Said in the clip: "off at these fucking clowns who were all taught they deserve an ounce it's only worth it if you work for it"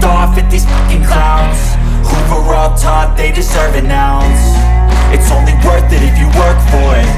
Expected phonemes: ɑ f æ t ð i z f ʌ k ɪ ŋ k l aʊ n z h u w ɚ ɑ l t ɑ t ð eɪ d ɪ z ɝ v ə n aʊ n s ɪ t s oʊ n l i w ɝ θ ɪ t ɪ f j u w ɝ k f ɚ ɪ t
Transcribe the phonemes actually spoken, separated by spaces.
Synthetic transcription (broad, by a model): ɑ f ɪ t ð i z p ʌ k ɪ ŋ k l aʊ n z h u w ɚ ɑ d t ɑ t ð eɪ d ɪ z ɝ v ə n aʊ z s ɪ t s oʊ n l i w ɝ θ ɪ t ɪ f j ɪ w ɝ k f ɚ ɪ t